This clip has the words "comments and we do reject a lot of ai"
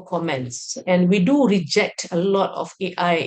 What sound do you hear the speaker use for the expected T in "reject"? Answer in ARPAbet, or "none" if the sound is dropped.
T